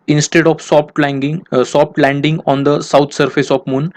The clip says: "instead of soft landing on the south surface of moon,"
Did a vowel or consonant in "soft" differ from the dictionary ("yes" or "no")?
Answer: yes